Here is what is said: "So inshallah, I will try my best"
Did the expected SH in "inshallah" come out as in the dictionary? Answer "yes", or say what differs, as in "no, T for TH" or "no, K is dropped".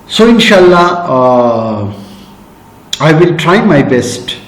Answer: yes